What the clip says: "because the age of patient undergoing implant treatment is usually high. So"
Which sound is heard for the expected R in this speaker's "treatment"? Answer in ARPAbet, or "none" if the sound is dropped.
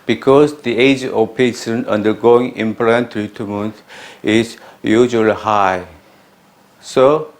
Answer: none